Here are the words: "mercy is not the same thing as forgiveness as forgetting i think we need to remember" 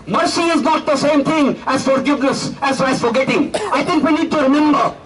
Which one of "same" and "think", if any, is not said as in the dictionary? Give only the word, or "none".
think